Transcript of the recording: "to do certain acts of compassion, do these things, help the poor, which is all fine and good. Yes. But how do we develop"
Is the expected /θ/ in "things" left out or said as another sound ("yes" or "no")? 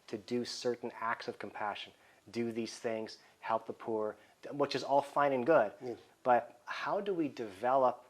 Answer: no